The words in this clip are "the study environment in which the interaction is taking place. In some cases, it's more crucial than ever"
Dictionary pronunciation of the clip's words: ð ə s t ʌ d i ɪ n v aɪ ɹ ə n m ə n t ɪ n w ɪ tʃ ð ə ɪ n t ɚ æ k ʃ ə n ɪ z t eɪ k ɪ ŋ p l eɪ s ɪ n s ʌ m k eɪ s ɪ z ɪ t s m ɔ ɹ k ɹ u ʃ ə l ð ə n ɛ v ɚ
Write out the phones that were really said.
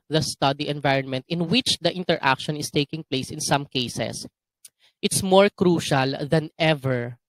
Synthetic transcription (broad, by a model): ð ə s t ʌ d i ɪ n v aɪ ɹ ə n m ə n t ɪ n w ɪ tʃ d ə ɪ n t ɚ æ k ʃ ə n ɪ s t eɪ k ɪ ŋ p l eɪ s ɪ n s ʌ m k eɪ s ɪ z ɪ t s m ɔ ɹ k ɹ u ʃ ə l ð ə n ɛ v ɚ